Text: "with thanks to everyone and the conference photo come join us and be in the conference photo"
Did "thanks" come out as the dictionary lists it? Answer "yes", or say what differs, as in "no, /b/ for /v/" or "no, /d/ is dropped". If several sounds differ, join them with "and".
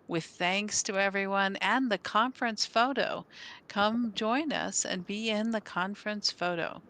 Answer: yes